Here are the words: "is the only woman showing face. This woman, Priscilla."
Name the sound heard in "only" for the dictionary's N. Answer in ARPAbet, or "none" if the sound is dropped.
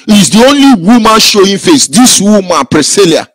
N